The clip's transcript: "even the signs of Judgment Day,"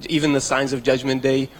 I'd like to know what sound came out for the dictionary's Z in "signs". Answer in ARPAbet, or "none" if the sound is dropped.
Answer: Z